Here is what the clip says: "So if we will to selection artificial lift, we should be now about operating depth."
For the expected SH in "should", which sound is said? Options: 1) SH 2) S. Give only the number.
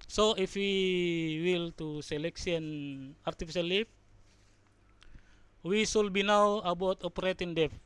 2